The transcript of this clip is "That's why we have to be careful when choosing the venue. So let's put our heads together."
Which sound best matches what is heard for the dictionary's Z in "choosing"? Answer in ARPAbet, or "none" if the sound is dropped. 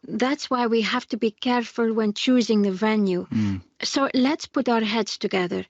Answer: Z